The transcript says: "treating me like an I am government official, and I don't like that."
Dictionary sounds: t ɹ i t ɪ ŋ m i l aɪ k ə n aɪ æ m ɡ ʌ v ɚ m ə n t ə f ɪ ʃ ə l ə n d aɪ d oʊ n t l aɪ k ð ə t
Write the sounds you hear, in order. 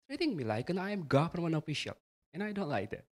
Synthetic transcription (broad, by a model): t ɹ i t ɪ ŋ m i l aɪ k ə n aɪ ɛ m ɡ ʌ f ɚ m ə n ə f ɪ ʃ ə l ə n aɪ d oʊ n t l aɪ k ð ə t